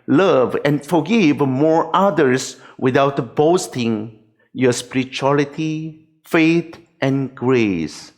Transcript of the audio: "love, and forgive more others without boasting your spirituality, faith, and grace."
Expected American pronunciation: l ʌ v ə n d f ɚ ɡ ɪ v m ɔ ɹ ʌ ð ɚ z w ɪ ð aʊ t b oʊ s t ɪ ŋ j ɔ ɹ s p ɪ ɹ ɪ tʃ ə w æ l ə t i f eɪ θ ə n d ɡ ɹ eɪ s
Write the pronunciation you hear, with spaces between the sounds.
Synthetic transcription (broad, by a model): l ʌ v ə n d f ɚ ɡ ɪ v m ɔ ɹ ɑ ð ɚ s w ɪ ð aʊ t b oʊ s t ɪ ŋ j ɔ s p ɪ ɹ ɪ tʃ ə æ l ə t i f eɪ t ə n ɡ ɹ eɪ s